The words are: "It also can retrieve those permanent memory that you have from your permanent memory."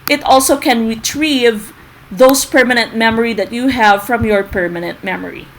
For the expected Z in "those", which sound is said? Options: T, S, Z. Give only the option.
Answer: S